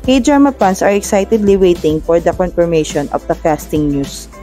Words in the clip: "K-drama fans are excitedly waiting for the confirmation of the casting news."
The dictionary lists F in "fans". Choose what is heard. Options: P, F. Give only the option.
P